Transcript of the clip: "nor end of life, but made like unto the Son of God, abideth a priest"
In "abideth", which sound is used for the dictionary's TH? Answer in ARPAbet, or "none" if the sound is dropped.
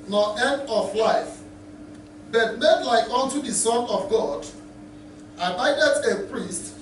T